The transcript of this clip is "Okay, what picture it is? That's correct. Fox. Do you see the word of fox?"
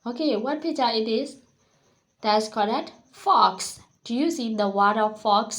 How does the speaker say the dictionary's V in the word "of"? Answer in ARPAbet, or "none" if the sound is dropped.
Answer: F